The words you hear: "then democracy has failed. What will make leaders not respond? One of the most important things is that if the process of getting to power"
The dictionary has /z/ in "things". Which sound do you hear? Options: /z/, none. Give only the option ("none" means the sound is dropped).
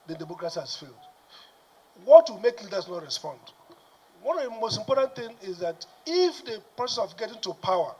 none